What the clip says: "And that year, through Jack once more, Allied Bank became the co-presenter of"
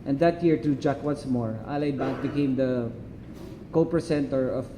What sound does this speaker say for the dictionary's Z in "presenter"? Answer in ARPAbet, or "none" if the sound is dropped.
S